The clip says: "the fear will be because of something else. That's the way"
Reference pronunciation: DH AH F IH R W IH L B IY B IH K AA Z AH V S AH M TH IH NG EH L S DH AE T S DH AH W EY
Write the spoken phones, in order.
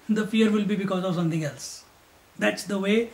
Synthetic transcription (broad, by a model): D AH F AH R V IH L B IY B IH K AA Z AH V S AH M T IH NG EH L S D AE T S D AH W EY